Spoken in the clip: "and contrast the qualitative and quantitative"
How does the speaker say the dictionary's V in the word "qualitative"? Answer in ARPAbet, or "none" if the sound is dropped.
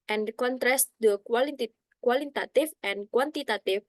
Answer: F